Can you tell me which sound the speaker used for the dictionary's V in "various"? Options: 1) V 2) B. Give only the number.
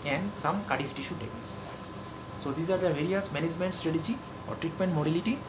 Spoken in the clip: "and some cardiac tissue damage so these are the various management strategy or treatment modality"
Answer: 1